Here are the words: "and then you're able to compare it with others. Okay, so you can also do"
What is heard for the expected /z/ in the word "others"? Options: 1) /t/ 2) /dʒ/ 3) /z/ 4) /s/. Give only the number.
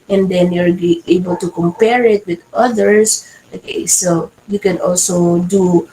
4